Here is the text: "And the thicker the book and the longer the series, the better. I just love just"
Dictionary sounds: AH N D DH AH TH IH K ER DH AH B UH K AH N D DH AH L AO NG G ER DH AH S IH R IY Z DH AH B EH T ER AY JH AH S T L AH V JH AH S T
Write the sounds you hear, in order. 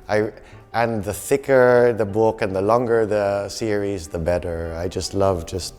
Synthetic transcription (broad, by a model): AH N DH AH TH IH K ER DH AH B UH K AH N DH AH L AO NG G ER DH AH S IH R IY Z DH AH B EH T ER AY JH AH S T L AH V JH AH S T